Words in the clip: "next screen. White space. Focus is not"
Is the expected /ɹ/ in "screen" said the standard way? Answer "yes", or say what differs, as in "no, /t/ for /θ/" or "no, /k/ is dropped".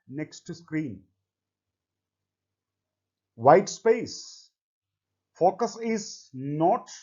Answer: yes